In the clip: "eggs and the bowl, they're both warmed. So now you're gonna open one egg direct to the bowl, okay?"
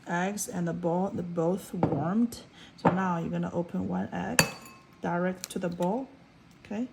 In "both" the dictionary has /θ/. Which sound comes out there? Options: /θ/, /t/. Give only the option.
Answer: /θ/